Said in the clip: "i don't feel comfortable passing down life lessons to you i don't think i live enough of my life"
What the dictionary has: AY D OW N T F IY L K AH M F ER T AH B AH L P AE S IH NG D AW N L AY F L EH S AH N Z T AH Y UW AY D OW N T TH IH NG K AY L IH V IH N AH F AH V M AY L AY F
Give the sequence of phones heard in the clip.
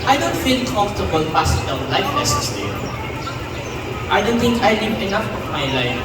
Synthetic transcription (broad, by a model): AY D OW N T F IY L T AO F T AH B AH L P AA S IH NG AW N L AY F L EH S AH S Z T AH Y AY D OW N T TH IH NG K AY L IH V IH N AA F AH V M AY L AY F